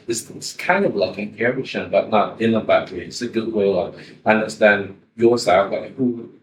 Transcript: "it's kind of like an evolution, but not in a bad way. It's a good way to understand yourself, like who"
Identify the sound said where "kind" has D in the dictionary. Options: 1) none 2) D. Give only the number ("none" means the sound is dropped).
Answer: 2